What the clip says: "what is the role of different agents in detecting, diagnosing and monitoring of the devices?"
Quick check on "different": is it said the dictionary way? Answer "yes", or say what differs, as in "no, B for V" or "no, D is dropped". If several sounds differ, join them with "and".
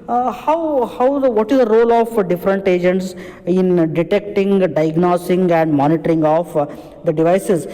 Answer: yes